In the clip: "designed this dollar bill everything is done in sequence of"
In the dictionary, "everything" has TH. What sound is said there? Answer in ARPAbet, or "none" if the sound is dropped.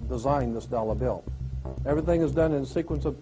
TH